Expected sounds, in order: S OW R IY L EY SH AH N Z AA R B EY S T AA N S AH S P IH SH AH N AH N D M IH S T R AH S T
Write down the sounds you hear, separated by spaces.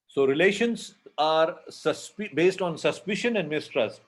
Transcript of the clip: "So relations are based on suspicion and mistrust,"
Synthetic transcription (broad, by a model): S OW R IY L EY SH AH N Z AA R B EY S T AA N S AH S P IH SH AH N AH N D M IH S T R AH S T